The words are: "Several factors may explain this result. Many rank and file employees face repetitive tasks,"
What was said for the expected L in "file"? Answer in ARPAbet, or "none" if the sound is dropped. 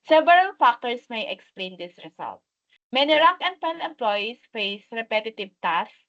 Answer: N